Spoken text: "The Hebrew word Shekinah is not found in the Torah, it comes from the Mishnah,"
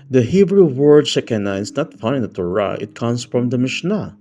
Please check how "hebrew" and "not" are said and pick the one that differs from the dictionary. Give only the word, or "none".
none